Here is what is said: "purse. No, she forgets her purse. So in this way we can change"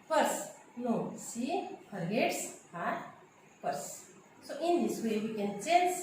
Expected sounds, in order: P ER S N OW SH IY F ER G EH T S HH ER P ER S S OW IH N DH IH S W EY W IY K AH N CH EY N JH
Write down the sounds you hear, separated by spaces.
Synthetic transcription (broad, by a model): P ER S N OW S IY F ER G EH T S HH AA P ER S S OW IH N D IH S W EY W IY K AH N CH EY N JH